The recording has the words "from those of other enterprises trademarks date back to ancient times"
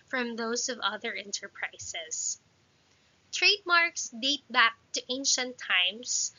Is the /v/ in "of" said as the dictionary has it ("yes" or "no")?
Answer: yes